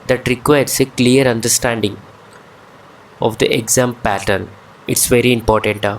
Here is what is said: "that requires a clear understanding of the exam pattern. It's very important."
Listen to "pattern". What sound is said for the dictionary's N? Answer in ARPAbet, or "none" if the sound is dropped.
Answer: N